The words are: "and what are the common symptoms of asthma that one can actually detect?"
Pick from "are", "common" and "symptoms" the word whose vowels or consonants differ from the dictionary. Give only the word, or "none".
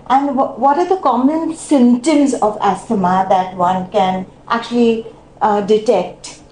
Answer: symptoms